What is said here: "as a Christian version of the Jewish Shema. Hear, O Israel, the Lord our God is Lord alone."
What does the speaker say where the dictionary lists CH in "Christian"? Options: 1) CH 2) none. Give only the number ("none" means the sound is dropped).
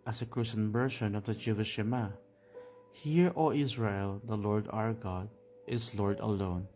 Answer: 2